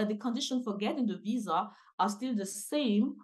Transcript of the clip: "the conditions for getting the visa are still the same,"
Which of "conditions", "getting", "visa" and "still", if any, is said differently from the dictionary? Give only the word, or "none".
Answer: conditions